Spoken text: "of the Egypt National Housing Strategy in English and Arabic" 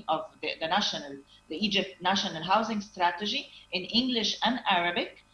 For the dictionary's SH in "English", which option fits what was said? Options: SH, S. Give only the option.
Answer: SH